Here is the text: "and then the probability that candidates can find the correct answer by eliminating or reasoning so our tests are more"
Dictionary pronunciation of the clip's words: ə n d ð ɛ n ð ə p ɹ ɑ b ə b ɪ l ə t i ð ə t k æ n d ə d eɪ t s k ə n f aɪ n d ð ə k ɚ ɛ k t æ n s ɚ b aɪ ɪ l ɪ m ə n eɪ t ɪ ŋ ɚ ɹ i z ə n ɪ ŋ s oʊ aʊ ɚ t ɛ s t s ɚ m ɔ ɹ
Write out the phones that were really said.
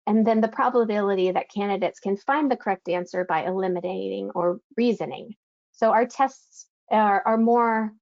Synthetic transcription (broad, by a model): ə n ð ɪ n ð ə p ɹ ɑ b ə b ɪ l ə t i ð ə t k æ n d ə d eɪ t s k ə n f aɪ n ð ə k ɚ ɛ k t æ n s ɚ b aɪ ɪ l ɪ m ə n eɪ t ɪ ŋ ɚ ɹ i z ə n ɪ ŋ s oʊ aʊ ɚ t ɛ s t s ɚ m ɔ ɹ